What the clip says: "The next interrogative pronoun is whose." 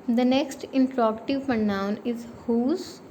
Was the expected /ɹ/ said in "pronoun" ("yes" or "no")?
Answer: no